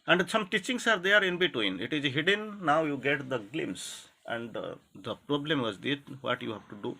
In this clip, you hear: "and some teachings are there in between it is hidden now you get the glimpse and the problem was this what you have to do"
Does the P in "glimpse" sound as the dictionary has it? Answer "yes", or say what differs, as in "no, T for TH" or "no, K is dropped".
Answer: no, P is dropped